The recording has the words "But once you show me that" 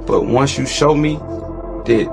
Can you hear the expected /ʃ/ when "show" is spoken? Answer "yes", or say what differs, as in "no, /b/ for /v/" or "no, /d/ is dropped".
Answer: yes